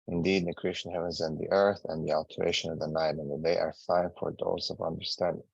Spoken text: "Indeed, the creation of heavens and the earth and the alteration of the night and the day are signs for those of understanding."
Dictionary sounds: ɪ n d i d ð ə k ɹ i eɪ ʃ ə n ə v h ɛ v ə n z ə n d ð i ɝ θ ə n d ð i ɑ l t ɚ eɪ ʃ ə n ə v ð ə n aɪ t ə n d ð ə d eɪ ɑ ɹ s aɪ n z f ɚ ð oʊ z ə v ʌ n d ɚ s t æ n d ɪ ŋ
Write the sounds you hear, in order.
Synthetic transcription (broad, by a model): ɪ n d i d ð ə k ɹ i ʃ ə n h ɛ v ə n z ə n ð i ɝ θ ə n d ð i ɑ l t ɚ eɪ ʃ ə n ə v ð ə n aɪ t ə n ð ə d eɪ ɑ ɹ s aɪ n f ɚ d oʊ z ə v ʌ n d ɚ s t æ n d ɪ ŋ